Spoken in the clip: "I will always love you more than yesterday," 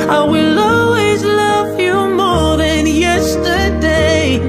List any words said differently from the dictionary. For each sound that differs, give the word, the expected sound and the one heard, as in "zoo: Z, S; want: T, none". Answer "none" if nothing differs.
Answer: none